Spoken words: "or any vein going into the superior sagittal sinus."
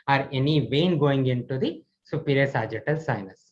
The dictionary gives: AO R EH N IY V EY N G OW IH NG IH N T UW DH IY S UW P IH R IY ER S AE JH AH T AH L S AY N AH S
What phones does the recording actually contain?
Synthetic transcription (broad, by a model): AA R EH N IY V EY N G OW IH NG IH N T UW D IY S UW P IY R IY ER S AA JH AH T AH L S AY N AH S